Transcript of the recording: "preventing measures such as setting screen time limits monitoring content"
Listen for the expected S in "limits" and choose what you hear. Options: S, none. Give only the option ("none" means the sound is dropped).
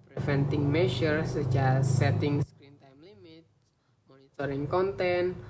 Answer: none